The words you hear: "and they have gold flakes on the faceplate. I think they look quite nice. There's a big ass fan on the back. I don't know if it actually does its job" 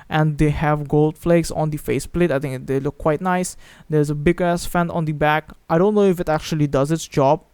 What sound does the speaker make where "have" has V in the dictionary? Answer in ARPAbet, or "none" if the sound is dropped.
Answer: V